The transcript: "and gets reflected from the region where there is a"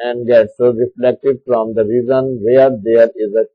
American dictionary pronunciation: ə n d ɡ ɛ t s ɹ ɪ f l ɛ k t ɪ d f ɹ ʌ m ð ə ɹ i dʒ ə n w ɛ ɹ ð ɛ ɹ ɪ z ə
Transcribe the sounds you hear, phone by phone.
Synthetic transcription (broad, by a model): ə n d ɡ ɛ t s ɹ ɪ f l ɛ k t ɪ d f ɹ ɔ m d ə ɹ i z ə n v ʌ ɹ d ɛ ɹ ɪ z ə